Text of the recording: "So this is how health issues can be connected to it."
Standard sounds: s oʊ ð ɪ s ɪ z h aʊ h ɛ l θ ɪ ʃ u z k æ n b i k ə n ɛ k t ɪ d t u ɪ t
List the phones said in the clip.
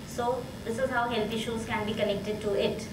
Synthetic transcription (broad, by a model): s oʊ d ɪ s ɪ z h aʊ h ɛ l t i ʃ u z k æ n b i k ə n ɛ k t ɪ d t u ɪ t